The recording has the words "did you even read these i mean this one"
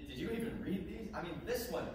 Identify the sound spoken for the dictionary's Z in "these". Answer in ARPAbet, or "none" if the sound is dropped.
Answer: Z